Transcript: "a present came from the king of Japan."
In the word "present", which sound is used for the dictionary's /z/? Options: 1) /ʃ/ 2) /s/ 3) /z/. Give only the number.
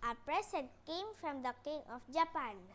2